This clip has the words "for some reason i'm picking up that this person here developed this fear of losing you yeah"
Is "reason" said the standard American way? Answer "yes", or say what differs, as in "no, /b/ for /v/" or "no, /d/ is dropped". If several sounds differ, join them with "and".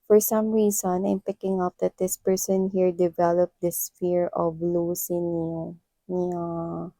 no, /s/ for /z/